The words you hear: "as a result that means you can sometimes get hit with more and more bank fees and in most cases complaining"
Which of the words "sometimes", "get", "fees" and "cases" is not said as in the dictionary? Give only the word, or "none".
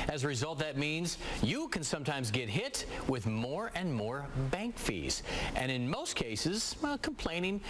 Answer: none